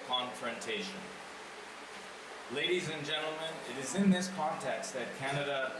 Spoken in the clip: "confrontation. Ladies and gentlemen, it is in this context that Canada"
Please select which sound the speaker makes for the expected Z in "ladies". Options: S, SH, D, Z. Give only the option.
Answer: Z